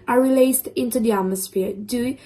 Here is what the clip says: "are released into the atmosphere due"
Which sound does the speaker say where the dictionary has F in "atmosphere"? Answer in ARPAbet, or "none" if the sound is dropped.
F